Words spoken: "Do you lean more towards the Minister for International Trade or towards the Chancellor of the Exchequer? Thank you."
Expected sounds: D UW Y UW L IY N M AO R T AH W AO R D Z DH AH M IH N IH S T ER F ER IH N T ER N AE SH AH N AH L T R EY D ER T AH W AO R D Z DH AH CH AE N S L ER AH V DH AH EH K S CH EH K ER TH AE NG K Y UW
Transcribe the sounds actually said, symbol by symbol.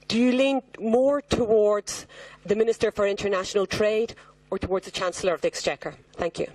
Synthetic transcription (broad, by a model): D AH Y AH L IY N M AO R T AH W AO R D Z DH AH M IH N IH S T ER F ER IH N T ER N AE SH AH N AH L T R EY D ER T AH W AO R D Z DH AH CH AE N S L ER AH V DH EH K S CH EH K ER TH AE NG K Y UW